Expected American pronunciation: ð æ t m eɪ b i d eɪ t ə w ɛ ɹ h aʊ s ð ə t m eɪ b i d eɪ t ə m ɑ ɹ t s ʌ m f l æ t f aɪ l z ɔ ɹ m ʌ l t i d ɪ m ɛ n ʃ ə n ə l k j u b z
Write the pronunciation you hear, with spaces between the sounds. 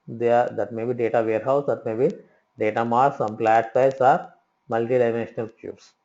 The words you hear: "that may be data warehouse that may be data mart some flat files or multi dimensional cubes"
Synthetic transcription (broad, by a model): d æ t m eɪ b i d eɪ t ə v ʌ ɹ h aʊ s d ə t m eɪ b i d eɪ t ə m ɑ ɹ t s ʌ m p l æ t p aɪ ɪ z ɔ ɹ m ʌ l t i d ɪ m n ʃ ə n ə l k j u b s